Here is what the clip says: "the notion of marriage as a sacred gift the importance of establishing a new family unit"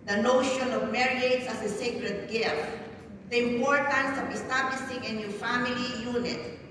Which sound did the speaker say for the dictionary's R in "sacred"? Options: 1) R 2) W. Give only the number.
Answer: 1